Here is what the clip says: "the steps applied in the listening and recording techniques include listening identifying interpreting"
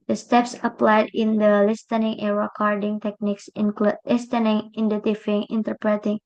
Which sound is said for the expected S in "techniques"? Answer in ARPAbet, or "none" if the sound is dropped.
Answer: S